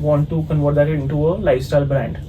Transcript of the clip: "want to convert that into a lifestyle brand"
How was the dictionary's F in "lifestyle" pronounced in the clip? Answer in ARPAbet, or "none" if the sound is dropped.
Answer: none